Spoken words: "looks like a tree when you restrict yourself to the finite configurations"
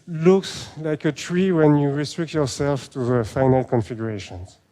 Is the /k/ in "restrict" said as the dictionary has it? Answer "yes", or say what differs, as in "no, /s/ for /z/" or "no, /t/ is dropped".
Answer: yes